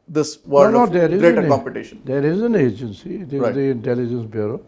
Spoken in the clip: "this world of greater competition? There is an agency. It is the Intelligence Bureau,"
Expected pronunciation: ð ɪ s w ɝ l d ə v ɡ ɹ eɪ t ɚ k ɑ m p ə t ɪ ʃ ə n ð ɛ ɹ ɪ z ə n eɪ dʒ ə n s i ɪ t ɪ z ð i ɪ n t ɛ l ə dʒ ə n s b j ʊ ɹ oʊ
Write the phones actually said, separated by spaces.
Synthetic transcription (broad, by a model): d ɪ s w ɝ n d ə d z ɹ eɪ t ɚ k ɑ m p ə t ɪ ʃ ə n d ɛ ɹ ɪ z ə n eɪ dʒ ə n s i ɪ t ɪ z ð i ɪ n t ɛ l ə dʒ ə n s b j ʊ ɹ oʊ